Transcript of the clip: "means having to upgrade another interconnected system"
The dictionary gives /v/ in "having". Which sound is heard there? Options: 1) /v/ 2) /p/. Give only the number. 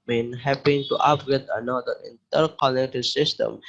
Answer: 2